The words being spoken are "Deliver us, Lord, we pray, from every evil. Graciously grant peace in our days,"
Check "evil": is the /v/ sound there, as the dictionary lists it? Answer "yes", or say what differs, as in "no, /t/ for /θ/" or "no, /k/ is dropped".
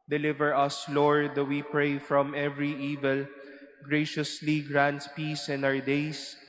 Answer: yes